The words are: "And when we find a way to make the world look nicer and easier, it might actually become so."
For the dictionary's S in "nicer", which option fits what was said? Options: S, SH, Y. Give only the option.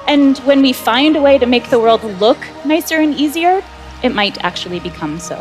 S